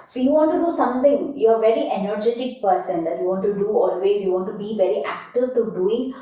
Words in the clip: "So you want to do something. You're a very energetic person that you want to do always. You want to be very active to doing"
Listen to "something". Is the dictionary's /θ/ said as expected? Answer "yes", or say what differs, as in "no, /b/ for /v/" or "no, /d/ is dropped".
no, /t/ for /θ/